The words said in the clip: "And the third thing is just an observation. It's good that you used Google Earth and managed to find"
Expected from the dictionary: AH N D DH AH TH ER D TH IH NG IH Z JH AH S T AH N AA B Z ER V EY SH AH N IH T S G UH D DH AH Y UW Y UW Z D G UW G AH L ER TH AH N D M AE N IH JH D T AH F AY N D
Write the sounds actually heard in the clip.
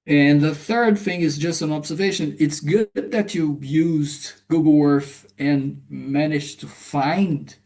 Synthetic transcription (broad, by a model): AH N DH AH TH ER D TH IH NG IH Z JH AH S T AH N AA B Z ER V EY SH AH N IH T S G UH D DH AH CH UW Y UW Z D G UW G L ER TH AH N M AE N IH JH T AH F AY N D